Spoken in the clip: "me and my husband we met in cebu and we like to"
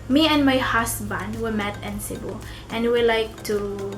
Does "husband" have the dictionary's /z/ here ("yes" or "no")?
no